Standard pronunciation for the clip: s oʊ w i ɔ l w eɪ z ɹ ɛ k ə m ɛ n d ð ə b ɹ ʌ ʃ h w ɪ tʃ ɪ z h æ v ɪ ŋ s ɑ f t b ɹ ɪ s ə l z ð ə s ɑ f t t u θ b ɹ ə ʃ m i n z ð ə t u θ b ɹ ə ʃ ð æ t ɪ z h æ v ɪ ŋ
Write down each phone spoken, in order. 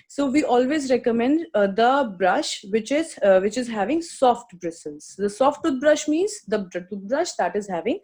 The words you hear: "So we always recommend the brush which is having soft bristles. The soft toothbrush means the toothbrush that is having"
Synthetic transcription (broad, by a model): s oʊ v i ɔ l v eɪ z ɹ ɛ k ə m ɛ n d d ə b ɹ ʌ ʃ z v ɪ tʃ ɪ z h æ v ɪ ŋ s ɑ f t b ɹ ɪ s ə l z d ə s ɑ f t t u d b ɹ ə ʃ m i n z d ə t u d b ɹ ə ʃ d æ t ɪ z h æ v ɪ ŋ